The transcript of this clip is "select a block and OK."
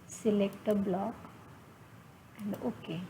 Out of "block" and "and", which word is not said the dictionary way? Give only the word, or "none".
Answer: none